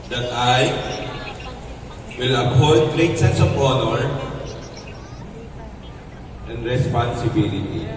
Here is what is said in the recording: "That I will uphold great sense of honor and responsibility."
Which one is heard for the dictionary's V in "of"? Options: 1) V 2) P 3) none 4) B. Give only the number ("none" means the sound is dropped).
4